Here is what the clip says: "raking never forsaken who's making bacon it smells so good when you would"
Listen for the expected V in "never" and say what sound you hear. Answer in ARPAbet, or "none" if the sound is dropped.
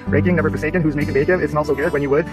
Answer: B